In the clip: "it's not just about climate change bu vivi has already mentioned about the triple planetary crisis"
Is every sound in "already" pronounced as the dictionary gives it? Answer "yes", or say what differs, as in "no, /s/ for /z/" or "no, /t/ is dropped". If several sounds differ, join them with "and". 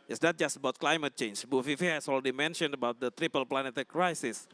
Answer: no, /l/ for /ɹ/